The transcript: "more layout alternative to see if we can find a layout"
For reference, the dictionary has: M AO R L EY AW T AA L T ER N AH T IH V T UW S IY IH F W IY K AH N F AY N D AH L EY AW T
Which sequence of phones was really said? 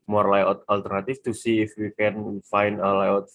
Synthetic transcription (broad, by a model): M AO R L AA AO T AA L T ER N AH T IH F T UW S IY IH F W IY K AH N F AY N D AH L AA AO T